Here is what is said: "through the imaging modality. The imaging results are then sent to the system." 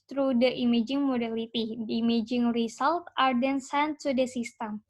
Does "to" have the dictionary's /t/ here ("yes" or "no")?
no